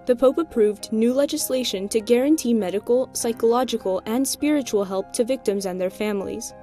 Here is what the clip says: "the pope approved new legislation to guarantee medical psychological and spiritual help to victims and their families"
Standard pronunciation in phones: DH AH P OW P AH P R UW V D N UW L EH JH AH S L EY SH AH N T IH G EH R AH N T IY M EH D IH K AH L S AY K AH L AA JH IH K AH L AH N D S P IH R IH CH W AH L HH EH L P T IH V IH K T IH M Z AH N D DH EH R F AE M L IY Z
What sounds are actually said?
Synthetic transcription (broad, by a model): DH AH P OW P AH P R UW V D N UW L EH JH AH S L EY SH AH N T IH G EH R AH N T IY M EH D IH K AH L S AY K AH L AA JH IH K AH L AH N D S P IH R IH CH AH L HH EH L P T IH V IH K T IH M Z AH N DH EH R F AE M L IY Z